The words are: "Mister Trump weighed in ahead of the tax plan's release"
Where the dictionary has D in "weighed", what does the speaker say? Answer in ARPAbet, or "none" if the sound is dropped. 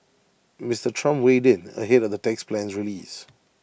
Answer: D